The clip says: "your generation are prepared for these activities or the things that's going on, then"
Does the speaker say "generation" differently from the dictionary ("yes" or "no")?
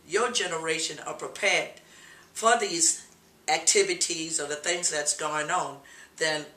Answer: no